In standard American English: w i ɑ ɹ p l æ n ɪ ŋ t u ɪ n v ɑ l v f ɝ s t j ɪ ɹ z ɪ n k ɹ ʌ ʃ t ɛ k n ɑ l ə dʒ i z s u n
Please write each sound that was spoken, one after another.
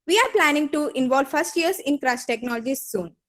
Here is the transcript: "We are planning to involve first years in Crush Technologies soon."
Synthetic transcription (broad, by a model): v i ɑ ɹ p l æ n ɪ ŋ t u ɪ n v ɑ l v f ɝ s t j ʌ ɹ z ɪ n k ɹ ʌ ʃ t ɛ k n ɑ l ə dʒ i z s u n